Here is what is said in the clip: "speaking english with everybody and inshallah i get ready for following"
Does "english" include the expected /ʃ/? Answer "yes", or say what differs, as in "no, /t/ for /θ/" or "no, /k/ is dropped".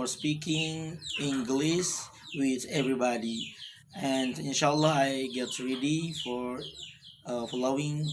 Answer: no, /s/ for /ʃ/